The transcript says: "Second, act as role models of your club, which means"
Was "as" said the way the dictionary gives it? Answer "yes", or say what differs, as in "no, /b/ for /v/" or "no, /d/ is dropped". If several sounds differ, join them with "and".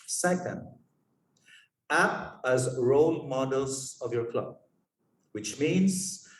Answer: yes